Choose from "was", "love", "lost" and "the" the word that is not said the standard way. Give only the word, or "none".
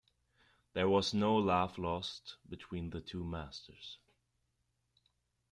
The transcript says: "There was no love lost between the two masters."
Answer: love